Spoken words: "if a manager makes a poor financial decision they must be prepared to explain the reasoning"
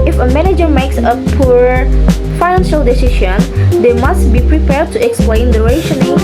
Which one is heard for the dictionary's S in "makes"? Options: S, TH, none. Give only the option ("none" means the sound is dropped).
S